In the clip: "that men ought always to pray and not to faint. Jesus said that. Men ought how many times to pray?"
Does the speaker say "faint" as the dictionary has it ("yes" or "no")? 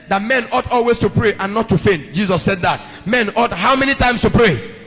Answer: yes